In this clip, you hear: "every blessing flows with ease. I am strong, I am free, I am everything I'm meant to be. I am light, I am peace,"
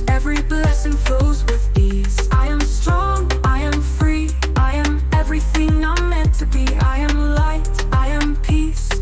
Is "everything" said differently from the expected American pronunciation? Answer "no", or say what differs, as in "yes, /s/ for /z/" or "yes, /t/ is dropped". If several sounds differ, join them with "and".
no